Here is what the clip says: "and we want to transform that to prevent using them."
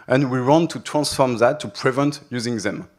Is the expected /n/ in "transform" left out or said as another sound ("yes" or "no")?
no